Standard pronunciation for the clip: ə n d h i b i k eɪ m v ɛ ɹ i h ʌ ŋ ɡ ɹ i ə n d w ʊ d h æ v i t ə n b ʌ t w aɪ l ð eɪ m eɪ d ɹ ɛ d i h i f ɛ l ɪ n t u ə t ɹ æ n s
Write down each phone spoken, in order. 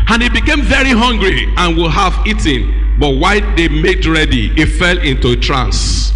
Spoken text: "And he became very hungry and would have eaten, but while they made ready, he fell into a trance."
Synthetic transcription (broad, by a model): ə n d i b i k eɪ m v ɛ ɹ i h ʌ ŋ ɡ ɹ i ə n w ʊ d h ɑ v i t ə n b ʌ t w aɪ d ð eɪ m eɪ d ɹ ɛ d i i f ɛ l ɪ n t u ə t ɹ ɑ n s